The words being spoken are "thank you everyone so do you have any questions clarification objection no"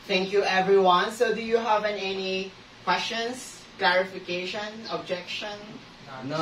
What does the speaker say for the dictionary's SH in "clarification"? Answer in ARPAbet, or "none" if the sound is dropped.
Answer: SH